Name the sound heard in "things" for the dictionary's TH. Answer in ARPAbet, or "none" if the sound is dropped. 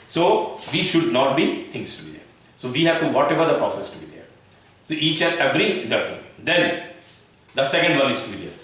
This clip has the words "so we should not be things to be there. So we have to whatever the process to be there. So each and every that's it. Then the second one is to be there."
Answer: T